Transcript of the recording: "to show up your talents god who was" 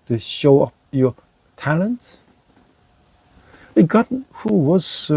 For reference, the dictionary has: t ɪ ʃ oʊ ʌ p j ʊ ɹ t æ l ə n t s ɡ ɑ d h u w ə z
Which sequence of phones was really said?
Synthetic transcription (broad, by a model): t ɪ ʃ oʊ ʌ p j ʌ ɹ t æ l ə n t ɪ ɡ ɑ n h u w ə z